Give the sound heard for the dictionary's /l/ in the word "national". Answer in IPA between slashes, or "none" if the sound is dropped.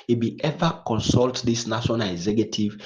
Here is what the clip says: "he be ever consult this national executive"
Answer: /n/